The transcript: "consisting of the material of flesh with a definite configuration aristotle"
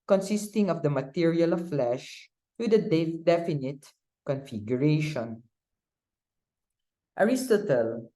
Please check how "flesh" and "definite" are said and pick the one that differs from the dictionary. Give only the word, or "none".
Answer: none